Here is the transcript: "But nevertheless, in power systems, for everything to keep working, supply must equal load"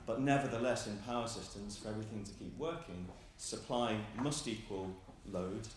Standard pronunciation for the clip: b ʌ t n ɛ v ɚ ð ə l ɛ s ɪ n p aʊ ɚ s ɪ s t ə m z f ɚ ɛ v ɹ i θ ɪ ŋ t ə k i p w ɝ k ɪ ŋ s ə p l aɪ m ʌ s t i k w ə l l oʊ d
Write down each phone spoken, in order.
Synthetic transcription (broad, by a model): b ʌ t n ɛ v ɚ ð ə l ɛ s ɪ n p aʊ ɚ s ɪ s t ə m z f ɚ ɛ v ɹ i θ ɪ ŋ t ə k i p w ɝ k ɪ ŋ s ə p l aɪ m ʌ s t i k w ə l l oʊ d